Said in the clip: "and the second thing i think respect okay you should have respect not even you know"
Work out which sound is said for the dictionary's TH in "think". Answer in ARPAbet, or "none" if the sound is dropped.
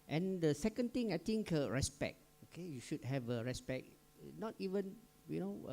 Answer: T